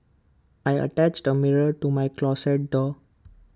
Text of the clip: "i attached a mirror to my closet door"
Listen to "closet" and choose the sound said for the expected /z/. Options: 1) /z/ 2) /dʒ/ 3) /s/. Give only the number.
3